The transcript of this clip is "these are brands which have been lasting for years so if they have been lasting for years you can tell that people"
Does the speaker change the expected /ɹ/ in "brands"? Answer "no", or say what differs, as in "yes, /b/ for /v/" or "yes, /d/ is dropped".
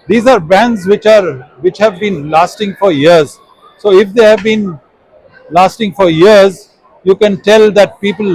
yes, /ɹ/ is dropped